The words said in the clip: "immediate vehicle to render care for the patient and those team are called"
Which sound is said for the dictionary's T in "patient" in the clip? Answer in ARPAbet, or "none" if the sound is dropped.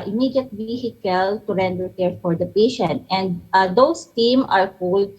T